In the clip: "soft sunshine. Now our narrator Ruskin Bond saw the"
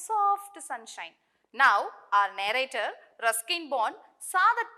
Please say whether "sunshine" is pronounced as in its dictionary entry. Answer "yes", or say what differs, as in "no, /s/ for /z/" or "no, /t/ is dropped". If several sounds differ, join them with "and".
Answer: yes